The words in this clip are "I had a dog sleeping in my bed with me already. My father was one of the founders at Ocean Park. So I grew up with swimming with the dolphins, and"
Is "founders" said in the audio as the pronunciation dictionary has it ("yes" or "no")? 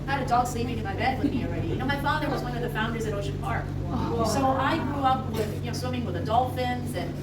yes